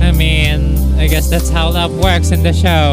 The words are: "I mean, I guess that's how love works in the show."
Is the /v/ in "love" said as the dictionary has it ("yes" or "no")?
no